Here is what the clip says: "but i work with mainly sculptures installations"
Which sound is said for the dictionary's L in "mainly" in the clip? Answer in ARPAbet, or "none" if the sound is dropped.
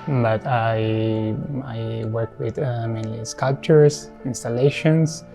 none